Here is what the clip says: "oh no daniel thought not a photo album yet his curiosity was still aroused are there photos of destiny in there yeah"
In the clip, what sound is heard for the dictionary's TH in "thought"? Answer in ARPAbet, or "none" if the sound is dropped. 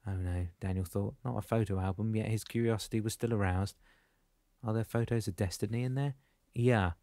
TH